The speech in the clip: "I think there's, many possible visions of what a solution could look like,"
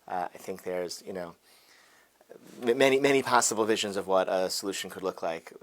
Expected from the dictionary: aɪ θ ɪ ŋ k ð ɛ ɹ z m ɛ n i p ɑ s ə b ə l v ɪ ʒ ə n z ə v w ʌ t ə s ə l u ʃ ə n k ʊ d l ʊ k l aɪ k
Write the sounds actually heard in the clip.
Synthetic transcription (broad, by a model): aɪ θ ɪ ŋ k ð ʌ ɹ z m ɛ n i p ɑ s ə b l v ɪ ʒ ə n z ə v w ʌ t ə s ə l u ʃ n k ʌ d l ʊ k l aɪ k